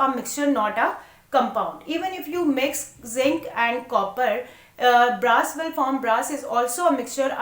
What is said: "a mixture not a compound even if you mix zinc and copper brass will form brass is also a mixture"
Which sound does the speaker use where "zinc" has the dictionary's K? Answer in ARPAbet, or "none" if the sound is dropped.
K